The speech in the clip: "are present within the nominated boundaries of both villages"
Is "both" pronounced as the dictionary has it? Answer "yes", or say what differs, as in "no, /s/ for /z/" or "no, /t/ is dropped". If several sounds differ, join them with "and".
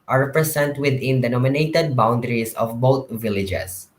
no, /t/ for /θ/